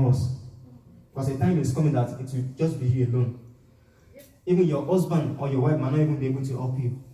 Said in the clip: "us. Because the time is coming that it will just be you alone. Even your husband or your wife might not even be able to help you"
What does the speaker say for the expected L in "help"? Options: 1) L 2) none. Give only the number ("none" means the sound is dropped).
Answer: 2